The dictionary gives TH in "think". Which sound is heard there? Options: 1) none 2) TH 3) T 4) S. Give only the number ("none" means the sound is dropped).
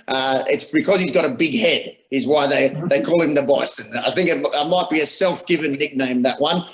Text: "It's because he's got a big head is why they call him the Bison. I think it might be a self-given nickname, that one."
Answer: 2